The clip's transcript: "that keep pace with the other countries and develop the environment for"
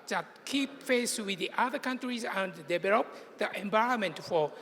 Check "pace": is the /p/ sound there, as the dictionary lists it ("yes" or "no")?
no